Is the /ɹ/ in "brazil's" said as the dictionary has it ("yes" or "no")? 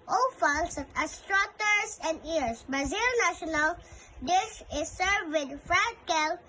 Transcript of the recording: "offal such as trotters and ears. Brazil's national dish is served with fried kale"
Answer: no